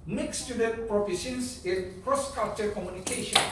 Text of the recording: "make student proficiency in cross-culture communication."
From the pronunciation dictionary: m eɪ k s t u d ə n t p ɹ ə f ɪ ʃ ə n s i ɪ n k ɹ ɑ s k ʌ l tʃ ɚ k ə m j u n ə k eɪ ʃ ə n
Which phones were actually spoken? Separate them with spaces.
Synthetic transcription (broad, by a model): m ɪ k s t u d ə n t p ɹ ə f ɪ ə s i ɪ n k ɹ ɑ s k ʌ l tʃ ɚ k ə m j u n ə k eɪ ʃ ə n